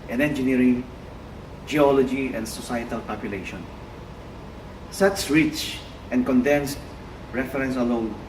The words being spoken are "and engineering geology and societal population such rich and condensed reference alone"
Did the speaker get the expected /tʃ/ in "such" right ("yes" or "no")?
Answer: no